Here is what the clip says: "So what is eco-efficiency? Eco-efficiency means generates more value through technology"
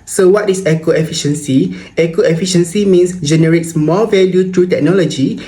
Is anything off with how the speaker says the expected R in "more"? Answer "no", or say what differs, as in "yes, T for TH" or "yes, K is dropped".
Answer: yes, L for R